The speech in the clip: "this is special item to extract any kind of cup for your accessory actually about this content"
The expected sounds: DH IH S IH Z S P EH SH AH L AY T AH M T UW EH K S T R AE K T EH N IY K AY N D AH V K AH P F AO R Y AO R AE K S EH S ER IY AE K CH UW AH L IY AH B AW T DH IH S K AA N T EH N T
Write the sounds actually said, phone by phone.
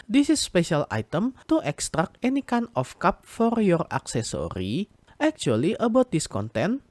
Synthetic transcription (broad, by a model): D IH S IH S P EH SH AH L AY T AH M T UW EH K S T R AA K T EH N IY K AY N AH F K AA P F AO R Y AO R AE K S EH S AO IY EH K CH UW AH L IY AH B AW T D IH S K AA N T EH N